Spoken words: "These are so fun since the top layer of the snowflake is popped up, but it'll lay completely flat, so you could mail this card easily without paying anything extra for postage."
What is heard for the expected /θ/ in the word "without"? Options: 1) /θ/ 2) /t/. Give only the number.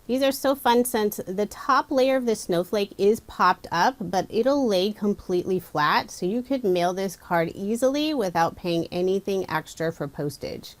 1